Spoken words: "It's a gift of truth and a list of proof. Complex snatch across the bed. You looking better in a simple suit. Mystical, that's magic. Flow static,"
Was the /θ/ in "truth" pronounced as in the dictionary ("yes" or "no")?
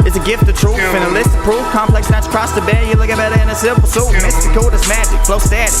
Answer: no